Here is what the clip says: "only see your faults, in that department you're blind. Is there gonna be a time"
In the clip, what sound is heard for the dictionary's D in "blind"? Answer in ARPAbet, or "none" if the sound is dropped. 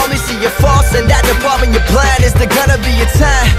none